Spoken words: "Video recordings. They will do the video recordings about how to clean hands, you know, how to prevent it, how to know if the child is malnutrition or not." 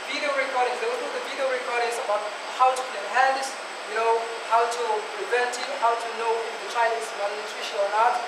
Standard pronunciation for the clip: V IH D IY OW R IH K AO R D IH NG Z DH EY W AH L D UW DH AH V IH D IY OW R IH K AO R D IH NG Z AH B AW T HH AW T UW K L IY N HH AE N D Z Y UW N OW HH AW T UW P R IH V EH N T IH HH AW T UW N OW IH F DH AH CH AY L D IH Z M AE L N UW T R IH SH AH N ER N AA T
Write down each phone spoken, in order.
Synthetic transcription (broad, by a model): V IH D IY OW R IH K AO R D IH NG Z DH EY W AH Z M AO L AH V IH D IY OW R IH K AO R D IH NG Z AH B AW T HH AW T UW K IY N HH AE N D S Y UW N OW HH AW T UW P R IH V EH N T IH HH AW T UW N OW IH F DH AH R AY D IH S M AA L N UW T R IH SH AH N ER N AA T